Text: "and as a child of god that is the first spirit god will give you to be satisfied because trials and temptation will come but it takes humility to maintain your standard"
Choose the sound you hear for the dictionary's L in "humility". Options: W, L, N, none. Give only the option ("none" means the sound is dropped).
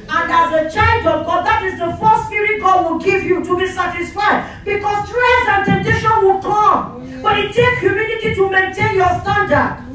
N